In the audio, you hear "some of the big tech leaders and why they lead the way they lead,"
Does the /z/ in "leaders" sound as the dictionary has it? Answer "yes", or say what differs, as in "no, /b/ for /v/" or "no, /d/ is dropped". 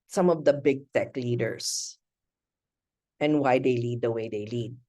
no, /s/ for /z/